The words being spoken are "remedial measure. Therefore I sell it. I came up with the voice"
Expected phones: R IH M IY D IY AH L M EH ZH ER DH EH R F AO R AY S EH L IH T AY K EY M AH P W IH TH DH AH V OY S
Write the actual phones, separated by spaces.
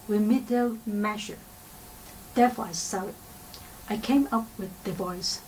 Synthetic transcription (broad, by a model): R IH M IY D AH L M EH SH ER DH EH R F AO R AY S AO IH T AY K EY M AH P W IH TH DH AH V OY S